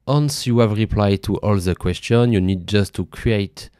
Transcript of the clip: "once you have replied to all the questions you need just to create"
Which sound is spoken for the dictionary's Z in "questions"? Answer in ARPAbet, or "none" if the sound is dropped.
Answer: none